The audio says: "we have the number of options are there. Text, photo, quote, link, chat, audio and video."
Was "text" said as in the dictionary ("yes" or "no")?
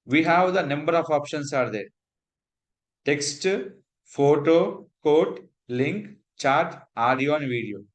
yes